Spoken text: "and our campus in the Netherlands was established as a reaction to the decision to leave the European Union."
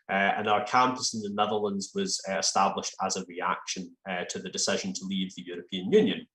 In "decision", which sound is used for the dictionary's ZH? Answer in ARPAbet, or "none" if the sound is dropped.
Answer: ZH